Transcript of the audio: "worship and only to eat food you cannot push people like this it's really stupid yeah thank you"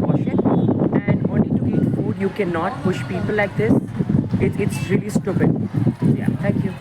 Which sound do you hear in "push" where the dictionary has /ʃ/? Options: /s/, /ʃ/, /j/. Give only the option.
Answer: /ʃ/